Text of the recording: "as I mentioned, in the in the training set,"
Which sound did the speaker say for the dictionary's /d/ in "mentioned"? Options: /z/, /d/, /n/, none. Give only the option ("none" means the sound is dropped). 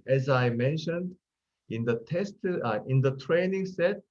/d/